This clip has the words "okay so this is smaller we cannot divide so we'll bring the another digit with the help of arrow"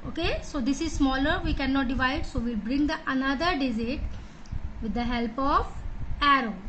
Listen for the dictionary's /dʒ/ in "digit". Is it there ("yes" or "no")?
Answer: no